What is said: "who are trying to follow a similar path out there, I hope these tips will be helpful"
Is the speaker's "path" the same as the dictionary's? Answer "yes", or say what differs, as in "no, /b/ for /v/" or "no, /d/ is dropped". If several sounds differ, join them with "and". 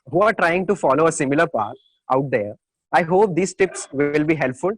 no, /t/ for /θ/